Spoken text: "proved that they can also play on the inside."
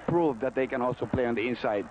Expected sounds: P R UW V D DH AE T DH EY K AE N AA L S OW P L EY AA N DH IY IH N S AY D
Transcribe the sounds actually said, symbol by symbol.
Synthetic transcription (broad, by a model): P R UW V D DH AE T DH EY K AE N AA L S OW P L EY AA N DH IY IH N S AY D